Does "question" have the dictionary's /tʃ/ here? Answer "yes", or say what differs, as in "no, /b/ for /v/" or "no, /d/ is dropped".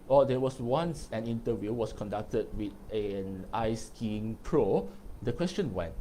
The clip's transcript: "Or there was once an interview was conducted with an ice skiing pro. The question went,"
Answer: yes